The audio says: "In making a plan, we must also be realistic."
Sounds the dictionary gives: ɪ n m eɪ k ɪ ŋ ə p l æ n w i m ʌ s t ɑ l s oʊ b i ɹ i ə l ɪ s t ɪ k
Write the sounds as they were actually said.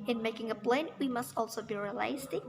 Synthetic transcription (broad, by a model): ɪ n m eɪ k ɪ ŋ ə b l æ n w i m ʌ s t ɑ l s oʊ b i ɹ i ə l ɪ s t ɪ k